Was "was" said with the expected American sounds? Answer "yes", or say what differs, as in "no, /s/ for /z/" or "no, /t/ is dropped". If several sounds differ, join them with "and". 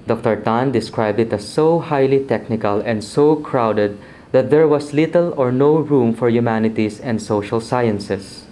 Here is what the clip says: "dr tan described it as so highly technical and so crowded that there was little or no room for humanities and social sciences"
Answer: no, /s/ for /z/